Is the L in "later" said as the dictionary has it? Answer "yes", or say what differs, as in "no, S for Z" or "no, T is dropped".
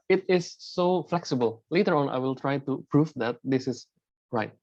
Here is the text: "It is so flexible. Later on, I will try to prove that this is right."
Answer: yes